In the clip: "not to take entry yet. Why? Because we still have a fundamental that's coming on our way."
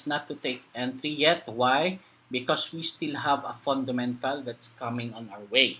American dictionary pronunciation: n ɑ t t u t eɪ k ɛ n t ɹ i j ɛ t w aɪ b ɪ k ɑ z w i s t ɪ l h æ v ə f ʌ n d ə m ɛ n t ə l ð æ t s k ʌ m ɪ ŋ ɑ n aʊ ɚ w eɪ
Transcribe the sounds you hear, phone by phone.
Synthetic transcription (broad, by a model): n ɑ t t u t eɪ k ɛ n t ɹ i j ɛ t w aɪ b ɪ k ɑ s w i s t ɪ l h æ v ə f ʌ n d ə m ɛ n t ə l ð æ t s k ʌ m ɪ ŋ ɑ n aʊ ɚ w eɪ